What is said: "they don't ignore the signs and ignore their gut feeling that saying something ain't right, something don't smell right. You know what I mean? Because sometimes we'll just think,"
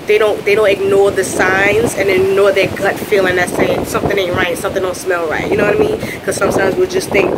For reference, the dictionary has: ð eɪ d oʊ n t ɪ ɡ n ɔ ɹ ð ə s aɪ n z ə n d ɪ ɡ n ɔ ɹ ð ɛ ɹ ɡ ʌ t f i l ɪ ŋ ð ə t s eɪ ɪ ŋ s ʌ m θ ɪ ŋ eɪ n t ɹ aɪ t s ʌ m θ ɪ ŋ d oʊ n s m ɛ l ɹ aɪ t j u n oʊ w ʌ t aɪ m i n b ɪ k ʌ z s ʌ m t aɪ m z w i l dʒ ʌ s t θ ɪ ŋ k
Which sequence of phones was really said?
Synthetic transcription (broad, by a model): ð eɪ d oʊ n t ɪ ɡ n ɔ ɹ ð ə s aɪ n z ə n ɪ ɡ n ɔ ɹ ð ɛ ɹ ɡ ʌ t f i l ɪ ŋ ð ə t s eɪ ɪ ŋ s ʌ m θ ɪ ŋ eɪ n ɹ aɪ t s ʌ m θ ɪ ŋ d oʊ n s m ɛ l ɹ aɪ t j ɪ n oʊ w ʌ t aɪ m i n k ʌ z s ʌ m t aɪ m z w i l dʒ ʌ s θ ɪ ŋ k